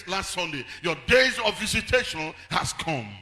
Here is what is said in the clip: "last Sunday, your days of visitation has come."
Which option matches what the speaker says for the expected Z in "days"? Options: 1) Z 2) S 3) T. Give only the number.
1